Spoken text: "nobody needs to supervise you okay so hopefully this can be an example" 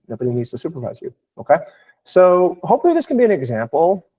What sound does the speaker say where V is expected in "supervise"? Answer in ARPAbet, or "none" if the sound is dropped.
V